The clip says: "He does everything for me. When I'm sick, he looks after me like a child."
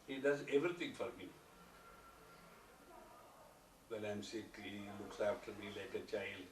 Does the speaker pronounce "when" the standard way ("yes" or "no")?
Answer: no